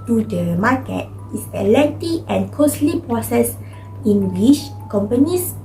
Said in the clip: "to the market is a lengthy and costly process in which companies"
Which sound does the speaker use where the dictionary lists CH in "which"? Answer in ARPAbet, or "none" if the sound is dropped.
SH